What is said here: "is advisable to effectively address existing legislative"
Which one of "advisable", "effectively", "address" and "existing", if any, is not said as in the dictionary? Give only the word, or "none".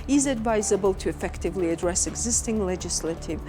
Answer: none